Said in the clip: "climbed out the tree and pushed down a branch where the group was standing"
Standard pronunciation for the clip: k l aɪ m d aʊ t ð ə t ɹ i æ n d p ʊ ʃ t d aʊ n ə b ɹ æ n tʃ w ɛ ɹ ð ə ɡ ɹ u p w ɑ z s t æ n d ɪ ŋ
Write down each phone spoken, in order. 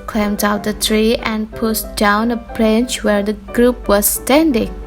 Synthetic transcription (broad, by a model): k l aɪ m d aʊ t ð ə t ɹ i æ n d p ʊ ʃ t d aʊ n ə b ɹ æ n tʃ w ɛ ɹ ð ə ɡ ɹ u p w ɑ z s t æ n d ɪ ŋ